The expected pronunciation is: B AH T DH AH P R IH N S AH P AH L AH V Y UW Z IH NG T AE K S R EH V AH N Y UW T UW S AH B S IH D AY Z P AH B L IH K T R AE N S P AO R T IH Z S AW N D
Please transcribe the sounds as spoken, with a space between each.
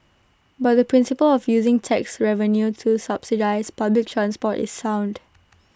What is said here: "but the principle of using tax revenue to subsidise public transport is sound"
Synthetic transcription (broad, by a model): B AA T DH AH P R IH N S AH P AH L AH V Y UW Z IH NG T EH K S R EH V AH N Y UW T UW S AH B S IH D AY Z P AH B L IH K T R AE N S P AO T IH S AW N D